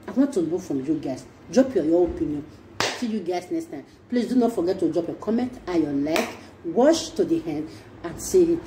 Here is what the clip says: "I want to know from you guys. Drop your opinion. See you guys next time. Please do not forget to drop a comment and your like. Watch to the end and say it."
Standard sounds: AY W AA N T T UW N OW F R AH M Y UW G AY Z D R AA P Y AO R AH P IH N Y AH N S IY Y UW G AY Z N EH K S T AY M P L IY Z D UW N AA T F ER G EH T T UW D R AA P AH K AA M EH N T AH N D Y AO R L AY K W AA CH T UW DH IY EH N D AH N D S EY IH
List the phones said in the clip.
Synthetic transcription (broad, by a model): AY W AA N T T UW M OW F R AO M Y UW G AY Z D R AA P Y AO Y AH P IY N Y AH N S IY Y UW G AY S N EH K S T AY M P L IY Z D UW N AA T F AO G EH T T UW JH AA P AH K AA M EH N T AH Y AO L AY K W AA SH T UW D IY EH N D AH N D S EY